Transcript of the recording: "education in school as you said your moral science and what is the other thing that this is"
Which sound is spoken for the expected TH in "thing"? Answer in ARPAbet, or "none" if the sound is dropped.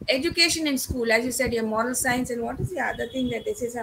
T